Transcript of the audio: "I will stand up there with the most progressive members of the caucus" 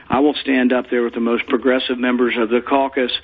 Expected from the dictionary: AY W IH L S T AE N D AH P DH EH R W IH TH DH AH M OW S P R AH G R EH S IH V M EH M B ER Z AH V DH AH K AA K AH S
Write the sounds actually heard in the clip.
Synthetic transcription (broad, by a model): AY W IH L S T AE N D AH P DH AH R W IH DH AH M OW S P R AH G R EH S IH V M EH M B ER Z AH V DH AH K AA K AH S